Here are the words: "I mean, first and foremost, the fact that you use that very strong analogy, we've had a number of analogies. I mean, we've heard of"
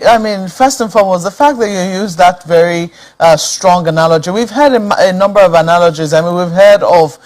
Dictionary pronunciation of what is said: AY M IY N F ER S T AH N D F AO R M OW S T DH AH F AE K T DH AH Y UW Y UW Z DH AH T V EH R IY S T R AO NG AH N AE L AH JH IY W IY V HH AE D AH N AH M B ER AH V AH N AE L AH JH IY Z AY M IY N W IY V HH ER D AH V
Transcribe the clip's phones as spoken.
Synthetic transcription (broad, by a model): AY M IY N F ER S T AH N F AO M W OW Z DH AH F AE K DH AH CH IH Y UW Z DH AH T V EH R IY S T R AO NG AH N AE L AH JH IY W IY V HH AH D AH N AH M B ER AH V AH N AE L AH JH IY Z AY M IY N W IY V HH ER D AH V